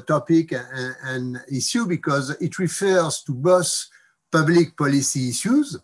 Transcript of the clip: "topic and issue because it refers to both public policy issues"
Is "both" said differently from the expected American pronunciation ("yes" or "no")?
yes